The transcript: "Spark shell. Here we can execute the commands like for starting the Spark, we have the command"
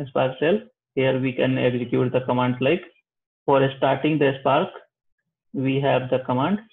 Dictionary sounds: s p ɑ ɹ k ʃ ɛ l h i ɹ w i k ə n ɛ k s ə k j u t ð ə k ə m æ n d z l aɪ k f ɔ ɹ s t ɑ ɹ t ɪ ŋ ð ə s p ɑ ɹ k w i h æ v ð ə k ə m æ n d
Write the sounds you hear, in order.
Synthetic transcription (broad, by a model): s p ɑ ɹ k s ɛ l h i ɹ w i k ə n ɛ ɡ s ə k j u t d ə k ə m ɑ n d l aɪ k f ɔ ɹ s t ɑ ɹ t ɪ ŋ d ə s p ɑ ɹ k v i h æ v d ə k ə m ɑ n d